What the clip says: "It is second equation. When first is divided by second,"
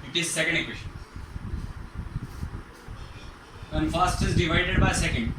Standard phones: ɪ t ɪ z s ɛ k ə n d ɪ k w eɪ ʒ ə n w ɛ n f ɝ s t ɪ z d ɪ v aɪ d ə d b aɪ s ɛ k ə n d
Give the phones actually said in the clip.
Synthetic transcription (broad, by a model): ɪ t ɪ z s ɛ k ə n d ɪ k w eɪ ʃ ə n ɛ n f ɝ s t ɪ z d ɪ v aɪ d ə d b aɪ s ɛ k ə n d